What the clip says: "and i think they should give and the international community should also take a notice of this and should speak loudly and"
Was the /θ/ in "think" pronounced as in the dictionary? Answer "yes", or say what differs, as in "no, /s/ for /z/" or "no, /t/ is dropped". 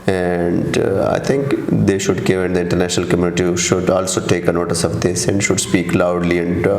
no, /t/ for /θ/